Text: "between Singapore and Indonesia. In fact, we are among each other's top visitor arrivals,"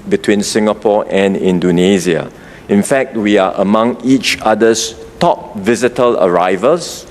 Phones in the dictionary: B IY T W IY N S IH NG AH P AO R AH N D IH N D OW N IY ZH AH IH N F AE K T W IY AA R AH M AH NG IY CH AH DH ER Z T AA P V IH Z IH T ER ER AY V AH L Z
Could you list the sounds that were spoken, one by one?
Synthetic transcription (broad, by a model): B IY T W IY N S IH NG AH P AO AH N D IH N D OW N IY Z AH IH N F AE K T W IY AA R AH M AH NG IY CH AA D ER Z T AA P V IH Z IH T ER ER AY V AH L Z